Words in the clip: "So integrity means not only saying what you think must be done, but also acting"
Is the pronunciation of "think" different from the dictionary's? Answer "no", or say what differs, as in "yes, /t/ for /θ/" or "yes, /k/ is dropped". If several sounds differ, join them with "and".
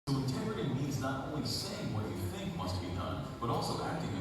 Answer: no